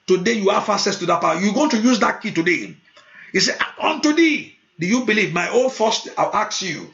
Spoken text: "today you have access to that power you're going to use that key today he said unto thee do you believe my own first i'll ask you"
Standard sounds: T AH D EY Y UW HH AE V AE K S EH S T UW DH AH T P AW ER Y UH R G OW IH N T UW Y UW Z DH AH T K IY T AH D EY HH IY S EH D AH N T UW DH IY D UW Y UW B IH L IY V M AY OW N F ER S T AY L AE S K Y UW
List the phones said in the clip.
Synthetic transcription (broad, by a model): T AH D EY Y UW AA F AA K S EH S T UW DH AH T P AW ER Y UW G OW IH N T UW Y UW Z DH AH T K IY T AH D EY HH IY S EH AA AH N T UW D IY D UW Y UW B IH L IY V M AY OW N F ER S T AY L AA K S Y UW